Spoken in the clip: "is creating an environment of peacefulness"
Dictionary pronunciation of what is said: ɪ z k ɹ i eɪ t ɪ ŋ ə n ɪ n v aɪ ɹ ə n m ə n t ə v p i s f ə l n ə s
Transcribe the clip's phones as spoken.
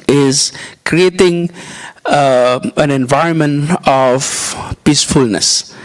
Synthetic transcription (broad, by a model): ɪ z k ɹ i eɪ t ɪ ŋ ə n ɪ n v aɪ ɹ ə n m ə n t ə v p i s f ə l n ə s